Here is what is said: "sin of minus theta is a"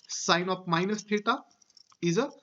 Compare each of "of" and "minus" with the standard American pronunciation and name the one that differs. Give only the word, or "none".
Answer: of